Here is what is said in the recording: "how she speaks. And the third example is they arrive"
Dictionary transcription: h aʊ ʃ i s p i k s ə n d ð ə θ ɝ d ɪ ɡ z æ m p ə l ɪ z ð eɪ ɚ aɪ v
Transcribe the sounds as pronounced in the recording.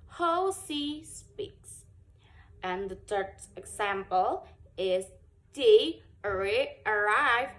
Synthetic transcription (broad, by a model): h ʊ s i s p i k s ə n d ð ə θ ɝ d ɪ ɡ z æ m p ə l ɪ z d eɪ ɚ aɪ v